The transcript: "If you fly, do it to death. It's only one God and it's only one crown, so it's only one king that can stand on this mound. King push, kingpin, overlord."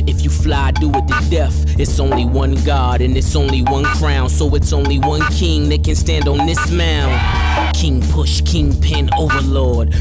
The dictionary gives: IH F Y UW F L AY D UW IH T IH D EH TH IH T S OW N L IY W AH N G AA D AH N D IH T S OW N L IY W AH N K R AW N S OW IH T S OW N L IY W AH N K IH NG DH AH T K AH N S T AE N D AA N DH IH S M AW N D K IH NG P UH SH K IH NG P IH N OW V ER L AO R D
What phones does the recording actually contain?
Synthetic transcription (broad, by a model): IH F Y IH F L AY D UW IH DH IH D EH F IH T S OW N L IY W AH N G AA D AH N IH T S OW N L IY W AH N K R AW N S OW IH T S OW N L IY W AH N K IH NG DH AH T K AH N S T AE N D N DH IH S M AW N K IH NG P UH SH K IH NG P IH N OW V ER L AO R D